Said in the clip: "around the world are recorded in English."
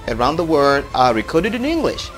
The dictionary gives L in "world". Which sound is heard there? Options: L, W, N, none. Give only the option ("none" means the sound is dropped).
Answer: none